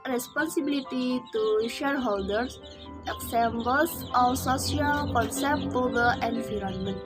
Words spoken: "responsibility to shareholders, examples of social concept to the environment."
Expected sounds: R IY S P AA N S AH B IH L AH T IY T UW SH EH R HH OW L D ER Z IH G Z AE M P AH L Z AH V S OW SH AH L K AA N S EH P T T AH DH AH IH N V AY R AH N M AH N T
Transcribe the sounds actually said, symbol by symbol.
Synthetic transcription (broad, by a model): R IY S P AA N S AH B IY L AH T IY T UW SH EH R HH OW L D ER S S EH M B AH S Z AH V S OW S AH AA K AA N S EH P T T AH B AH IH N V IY R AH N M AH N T